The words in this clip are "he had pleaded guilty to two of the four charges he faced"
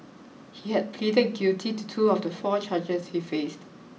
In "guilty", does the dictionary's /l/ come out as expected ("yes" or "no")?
no